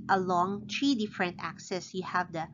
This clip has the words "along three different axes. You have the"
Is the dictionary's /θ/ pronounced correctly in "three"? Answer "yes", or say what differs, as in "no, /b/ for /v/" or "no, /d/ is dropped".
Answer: no, /t/ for /θ/